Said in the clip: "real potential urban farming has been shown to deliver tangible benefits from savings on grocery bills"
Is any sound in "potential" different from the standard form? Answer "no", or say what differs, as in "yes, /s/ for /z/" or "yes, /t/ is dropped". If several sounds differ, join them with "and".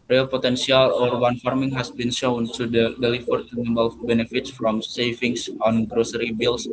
yes, /s/ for /ʃ/